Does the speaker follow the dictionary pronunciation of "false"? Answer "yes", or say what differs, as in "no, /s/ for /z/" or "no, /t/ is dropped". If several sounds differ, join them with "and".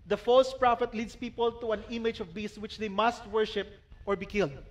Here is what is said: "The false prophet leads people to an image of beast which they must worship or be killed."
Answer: yes